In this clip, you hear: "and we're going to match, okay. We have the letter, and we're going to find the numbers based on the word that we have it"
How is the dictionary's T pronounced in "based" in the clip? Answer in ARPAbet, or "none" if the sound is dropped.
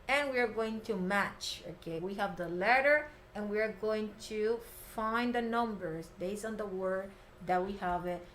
none